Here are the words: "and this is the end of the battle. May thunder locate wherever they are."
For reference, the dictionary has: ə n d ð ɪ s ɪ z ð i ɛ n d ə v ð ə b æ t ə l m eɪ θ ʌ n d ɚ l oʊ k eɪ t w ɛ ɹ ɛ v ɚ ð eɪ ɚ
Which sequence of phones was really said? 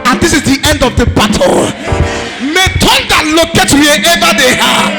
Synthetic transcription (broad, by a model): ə n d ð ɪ s ɪ z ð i ɛ n d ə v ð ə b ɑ t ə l m eɪ t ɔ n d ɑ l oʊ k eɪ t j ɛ ɛ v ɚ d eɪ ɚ